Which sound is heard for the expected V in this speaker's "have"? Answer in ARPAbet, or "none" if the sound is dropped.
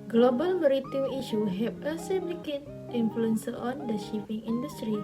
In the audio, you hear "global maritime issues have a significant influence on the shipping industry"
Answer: P